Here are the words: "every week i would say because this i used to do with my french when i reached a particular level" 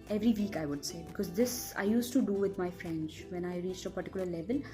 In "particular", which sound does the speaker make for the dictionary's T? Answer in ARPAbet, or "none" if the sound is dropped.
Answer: T